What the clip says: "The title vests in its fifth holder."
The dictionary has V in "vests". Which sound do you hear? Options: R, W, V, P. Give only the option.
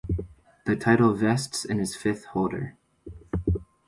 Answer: V